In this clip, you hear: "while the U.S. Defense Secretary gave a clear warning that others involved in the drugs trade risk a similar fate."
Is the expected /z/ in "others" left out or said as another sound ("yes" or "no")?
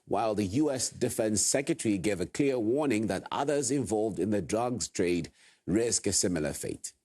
no